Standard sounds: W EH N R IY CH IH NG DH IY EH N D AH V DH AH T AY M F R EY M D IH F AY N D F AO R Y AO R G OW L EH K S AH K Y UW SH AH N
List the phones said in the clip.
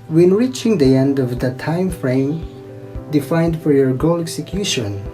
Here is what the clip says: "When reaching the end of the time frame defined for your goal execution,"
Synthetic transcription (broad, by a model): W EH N R IY CH IH NG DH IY EH N D AH V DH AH T AY M F R EY M D IH F AY N D F AO R Y AO R G OW L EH K S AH K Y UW SH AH N